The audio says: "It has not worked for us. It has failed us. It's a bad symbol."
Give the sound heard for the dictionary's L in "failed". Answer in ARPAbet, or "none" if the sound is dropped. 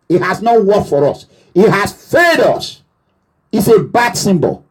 none